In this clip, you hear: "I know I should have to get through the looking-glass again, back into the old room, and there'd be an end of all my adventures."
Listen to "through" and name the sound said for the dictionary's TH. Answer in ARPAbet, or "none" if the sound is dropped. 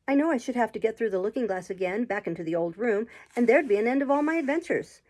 TH